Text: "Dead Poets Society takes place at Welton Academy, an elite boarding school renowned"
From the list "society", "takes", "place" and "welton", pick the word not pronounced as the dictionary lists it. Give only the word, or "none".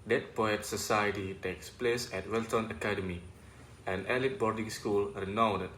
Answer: none